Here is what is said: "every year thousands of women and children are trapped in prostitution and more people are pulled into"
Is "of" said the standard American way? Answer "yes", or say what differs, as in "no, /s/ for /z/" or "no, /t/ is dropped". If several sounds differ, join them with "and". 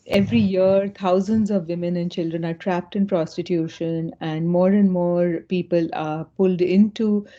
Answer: yes